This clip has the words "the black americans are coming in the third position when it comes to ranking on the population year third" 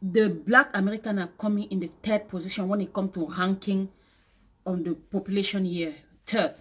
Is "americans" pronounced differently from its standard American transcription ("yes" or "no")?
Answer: yes